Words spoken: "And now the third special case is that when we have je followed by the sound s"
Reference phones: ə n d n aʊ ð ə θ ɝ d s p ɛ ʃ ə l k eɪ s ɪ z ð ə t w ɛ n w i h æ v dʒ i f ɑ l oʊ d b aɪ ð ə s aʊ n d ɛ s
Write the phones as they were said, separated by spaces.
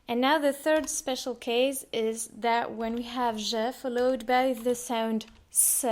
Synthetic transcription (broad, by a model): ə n n aʊ ð ə θ ɝ d s p ɛ ʃ l k eɪ s ɪ z ð ə t w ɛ n w i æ v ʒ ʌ f ɑ l oʊ d b aɪ ð ə s aʊ n d s